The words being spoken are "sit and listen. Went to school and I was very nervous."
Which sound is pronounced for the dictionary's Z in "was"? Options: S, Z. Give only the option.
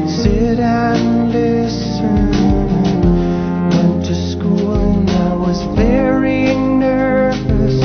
Z